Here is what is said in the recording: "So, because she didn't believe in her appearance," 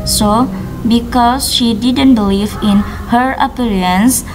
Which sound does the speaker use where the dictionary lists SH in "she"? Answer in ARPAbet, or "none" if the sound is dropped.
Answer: SH